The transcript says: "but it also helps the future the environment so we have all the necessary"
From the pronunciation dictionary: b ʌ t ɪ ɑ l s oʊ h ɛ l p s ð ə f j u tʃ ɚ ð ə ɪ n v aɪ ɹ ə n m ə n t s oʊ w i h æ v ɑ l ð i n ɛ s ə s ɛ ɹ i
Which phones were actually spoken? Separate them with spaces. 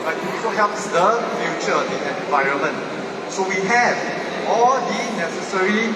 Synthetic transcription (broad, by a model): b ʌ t ɪ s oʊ h ɛ l p s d ə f j u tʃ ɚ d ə ɪ n v aɪ ɹ ə n m ə n t s oʊ w i h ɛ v ɑ l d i n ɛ s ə s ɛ ɹ i